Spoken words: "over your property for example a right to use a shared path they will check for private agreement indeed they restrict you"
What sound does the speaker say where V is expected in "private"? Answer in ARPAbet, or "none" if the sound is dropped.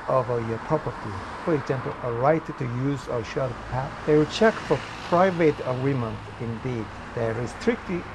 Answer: V